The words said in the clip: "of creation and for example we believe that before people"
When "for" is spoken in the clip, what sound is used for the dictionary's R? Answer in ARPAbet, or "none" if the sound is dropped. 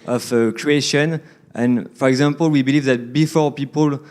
R